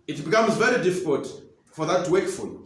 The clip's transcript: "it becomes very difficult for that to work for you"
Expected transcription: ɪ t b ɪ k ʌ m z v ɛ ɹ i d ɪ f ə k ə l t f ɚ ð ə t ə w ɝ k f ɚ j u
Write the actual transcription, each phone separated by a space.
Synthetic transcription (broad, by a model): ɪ t b ɪ k ʌ m z v ɛ ɹ i d ɪ f ə k ə l t f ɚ ð ə t w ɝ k f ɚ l